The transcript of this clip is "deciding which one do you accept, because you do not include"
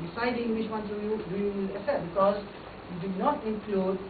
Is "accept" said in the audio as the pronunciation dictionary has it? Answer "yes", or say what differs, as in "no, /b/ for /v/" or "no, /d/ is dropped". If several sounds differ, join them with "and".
no, /p/ is dropped